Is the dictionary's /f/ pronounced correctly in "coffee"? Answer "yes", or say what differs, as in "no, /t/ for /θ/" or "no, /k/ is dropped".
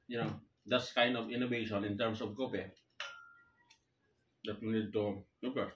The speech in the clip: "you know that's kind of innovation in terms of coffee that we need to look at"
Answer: no, /p/ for /f/